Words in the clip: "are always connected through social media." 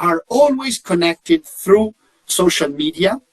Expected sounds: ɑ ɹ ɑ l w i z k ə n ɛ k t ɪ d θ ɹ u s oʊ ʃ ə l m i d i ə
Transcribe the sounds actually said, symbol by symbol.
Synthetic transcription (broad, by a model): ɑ ɹ ɑ l w i z k ə n ɛ k t ɪ d θ ɹ u s oʊ ʃ ə l m i d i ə